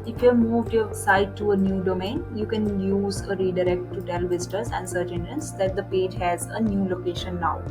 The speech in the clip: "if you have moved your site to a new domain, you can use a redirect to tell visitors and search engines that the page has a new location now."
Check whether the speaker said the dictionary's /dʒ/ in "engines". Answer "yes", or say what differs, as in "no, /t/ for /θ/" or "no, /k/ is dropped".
no, /dʒ/ is dropped